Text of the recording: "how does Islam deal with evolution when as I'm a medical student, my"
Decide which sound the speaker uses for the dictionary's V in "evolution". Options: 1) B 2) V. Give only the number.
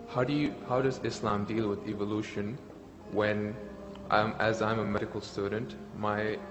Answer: 2